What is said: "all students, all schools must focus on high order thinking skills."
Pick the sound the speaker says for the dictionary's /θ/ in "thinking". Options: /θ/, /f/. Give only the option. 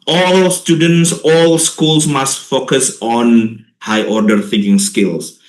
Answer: /f/